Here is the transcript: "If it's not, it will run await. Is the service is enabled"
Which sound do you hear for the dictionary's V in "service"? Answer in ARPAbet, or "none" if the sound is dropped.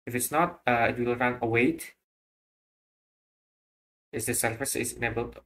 F